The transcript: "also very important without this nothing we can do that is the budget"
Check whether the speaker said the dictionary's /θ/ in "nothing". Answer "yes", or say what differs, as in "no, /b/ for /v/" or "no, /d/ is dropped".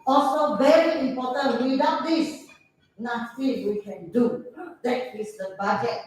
no, /s/ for /θ/